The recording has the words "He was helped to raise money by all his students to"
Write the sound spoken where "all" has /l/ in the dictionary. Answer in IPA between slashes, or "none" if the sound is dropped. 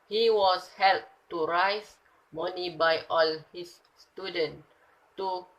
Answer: /l/